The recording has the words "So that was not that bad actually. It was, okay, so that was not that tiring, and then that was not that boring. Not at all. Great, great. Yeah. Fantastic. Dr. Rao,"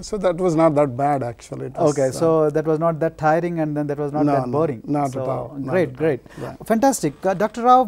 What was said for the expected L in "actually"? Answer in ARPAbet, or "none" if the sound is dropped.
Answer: none